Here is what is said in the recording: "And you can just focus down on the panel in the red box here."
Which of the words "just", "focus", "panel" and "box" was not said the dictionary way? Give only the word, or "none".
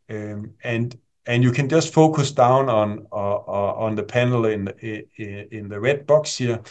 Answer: panel